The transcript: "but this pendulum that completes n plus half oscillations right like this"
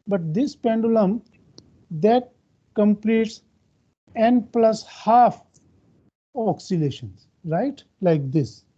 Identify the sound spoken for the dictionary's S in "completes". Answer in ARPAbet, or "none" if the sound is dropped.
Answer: S